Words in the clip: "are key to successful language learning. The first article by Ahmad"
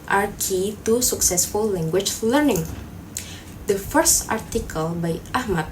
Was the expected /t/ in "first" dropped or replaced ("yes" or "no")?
no